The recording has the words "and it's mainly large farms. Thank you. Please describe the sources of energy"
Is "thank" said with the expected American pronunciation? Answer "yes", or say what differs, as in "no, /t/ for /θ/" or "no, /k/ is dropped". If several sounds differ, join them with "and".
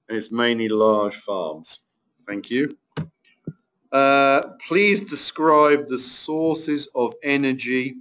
yes